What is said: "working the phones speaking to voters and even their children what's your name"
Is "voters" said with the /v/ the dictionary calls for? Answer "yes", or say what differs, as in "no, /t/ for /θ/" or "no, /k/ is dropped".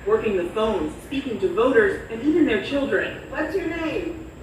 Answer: yes